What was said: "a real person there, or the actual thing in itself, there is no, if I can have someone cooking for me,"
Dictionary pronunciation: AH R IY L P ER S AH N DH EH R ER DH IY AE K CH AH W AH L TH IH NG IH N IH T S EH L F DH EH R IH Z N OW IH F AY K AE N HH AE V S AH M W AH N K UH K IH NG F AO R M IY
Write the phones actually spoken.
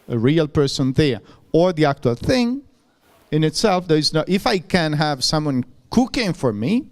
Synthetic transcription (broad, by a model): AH R IY L P ER S AH N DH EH R ER DH IY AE K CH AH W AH L TH IH NG IH N IH T S EH L F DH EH R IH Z N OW IH F AY K AE N HH AE V S AH M W AH N K UH K IH NG F AO R M IY